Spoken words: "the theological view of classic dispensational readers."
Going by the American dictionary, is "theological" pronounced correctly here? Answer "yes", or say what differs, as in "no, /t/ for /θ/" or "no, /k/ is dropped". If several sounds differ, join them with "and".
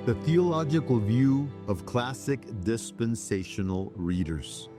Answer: yes